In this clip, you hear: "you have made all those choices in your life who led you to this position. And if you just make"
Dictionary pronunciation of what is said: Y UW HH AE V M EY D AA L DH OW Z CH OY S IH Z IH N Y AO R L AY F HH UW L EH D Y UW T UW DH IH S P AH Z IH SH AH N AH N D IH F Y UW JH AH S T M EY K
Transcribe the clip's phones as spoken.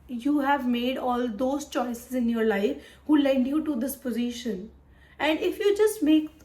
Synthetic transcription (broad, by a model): Y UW HH AE V M EY D AA L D OW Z CH OY S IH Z IH N Y AO R L AY F HH UW L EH D Y UW T UW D IH S P AH Z IH SH AH N AH N D IH F Y UW JH AH S T M EY K